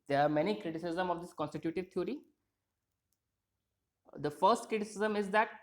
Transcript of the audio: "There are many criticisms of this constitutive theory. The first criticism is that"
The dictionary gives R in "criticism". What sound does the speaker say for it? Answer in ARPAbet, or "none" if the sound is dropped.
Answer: R